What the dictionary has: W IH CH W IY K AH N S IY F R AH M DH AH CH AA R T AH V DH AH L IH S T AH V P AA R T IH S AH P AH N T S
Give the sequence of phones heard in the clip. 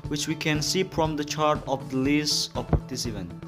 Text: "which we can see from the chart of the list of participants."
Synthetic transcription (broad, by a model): W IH CH W IY K AH N S IY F R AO M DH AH CH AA R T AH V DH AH L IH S AH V P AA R T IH S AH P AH N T